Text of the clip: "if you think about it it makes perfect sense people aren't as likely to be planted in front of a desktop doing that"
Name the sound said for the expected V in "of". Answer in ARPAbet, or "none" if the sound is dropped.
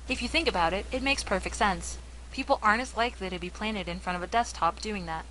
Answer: V